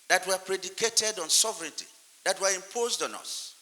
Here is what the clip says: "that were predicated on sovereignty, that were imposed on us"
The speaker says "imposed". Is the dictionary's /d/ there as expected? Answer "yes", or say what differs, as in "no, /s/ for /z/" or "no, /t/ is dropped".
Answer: yes